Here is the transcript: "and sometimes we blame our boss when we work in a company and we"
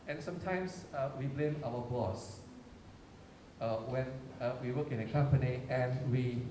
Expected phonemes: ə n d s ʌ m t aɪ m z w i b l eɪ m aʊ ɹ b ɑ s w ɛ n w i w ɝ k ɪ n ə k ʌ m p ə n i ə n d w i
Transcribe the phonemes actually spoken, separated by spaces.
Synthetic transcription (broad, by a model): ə n s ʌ m t aɪ m s w i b l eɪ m aʊ w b ɑ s w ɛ n w i w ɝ k ɪ n ə k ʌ m p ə n i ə n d w i